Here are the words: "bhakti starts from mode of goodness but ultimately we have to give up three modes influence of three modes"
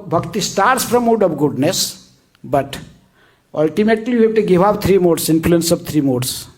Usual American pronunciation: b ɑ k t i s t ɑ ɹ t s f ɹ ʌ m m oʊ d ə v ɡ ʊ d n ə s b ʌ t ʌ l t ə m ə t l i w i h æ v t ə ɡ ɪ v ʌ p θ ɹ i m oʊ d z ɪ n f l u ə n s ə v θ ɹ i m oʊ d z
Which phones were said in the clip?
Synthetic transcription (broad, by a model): b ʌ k t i s t ɑ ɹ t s p ɹ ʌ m m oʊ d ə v ɡ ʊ d n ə s b ʌ t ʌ l t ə m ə t l i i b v t ə ɡ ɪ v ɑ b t ɹ i m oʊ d s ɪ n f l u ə n s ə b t ɹ i m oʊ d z